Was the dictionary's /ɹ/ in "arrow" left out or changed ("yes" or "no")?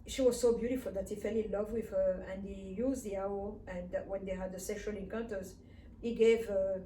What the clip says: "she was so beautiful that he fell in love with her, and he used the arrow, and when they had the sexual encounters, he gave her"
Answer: yes